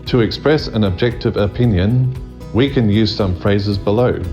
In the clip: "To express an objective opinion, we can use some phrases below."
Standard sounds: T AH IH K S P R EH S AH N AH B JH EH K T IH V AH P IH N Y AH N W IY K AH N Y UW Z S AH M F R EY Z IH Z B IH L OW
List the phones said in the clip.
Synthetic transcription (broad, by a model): T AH IH K S P R EH S AH N AH B JH EH K T IH V AH P IH N Y AH N W IY K AH N Y UW Z S AH M F R EY Z IH Z B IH L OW